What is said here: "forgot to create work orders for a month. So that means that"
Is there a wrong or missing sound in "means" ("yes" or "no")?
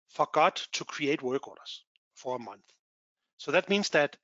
no